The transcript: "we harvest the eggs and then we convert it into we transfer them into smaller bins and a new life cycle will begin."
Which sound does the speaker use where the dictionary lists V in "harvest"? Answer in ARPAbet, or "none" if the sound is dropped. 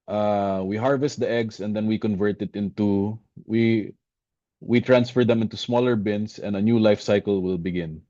V